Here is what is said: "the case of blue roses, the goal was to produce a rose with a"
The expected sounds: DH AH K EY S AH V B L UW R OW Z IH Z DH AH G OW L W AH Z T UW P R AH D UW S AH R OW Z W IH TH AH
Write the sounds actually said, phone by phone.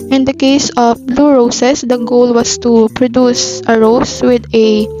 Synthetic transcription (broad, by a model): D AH K EY S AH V B L UW R OW S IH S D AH G OW L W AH S T UW P R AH D UW S AH R OW S W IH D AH